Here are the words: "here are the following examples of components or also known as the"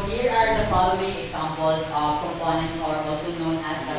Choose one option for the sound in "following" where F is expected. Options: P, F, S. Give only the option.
P